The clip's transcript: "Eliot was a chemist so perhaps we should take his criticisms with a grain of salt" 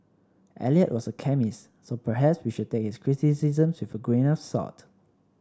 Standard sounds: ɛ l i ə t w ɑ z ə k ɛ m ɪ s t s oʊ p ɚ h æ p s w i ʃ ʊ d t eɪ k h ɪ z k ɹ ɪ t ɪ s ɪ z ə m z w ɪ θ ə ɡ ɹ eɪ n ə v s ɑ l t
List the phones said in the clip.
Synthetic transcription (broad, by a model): ɛ l i ə t w ɑ s ə k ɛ m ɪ s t s oʊ p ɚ h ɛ p s w i ʃ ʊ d t eɪ k h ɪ s k ɹ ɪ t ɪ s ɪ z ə m s w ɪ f ə ɡ ɹ eɪ n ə f s ɑ t